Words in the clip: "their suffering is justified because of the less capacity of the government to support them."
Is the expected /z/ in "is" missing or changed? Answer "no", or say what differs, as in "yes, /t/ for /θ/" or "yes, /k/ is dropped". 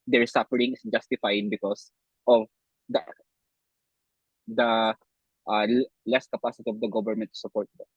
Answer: yes, /s/ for /z/